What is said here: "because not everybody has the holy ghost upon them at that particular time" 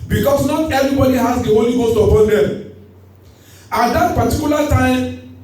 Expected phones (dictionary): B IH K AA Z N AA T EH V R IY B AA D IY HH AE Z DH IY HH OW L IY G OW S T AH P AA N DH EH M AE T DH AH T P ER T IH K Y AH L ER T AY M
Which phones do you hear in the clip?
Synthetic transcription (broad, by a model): B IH K AA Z N AA T EH V R IY B AA D IY HH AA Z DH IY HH OW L IY G OW S T AH P AA N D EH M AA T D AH T P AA T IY K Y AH L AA T AY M